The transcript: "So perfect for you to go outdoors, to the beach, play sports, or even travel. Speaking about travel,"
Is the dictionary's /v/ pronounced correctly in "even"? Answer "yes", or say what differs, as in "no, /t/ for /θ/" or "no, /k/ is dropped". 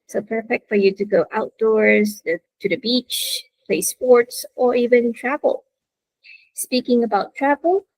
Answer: yes